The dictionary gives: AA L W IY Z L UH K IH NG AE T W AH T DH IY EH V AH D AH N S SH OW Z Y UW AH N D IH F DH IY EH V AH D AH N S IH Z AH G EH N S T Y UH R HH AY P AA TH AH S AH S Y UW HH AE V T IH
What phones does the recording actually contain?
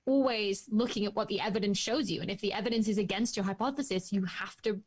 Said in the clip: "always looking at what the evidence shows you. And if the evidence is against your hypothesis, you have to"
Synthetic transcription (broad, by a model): AA L W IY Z L UH K IH NG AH T W AH T DH IY EH V AH D AH N S SH OW Z Y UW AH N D IH F DH IY EH V AH D AH N S IH Z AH G EH N S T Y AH R HH AY P AA TH AH S AH S Y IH HH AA F T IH